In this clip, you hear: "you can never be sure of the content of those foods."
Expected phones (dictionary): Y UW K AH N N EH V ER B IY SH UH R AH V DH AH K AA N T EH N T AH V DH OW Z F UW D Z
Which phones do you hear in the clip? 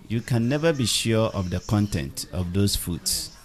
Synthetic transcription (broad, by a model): Y UW K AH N N EH V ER B IY SH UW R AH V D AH K AA N T EH N T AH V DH OW S F UW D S